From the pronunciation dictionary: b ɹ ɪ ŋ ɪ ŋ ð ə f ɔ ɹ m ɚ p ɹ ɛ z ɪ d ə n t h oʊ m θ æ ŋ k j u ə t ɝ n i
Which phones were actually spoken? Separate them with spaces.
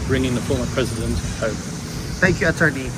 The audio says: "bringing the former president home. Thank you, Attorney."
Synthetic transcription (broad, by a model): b ɹ ɪ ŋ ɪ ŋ ð ə f ɔ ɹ m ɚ p ɹ ɛ z ɪ d ə n t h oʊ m θ æ ŋ k j u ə t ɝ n i